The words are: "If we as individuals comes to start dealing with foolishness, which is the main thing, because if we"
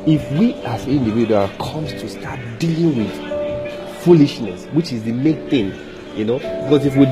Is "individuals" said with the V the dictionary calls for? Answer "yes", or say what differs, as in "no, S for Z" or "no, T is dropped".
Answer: no, W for V